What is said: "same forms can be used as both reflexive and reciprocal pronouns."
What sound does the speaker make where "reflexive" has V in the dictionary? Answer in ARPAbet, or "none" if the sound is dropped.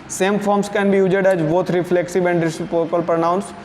B